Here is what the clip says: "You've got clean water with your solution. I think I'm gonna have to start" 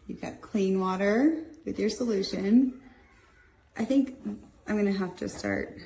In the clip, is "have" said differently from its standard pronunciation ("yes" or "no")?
yes